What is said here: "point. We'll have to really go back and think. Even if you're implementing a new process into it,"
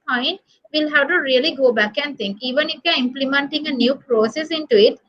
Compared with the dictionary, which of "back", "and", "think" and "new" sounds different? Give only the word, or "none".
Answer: think